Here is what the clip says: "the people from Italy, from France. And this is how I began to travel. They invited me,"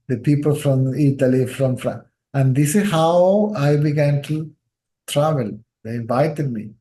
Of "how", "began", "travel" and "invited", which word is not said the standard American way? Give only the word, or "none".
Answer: none